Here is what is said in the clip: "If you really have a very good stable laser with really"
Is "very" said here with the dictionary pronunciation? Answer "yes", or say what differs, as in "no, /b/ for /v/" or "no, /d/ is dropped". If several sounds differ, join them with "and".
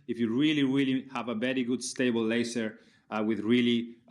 no, /b/ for /v/